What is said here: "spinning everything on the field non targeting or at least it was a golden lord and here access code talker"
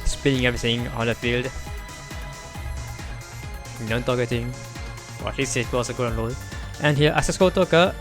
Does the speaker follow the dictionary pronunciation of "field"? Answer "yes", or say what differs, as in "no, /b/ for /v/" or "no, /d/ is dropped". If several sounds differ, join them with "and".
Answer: yes